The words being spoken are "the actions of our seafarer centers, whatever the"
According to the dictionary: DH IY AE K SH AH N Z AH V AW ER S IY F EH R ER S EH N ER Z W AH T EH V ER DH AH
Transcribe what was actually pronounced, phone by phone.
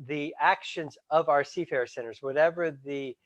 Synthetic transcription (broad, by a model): DH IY AE K SH AH N Z AH V AW ER S IY F EH R S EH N ER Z W AH T EH V ER DH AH